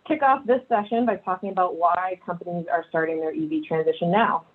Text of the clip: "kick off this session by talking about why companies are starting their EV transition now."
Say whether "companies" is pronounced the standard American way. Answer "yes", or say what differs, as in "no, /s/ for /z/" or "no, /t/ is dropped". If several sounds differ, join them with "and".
yes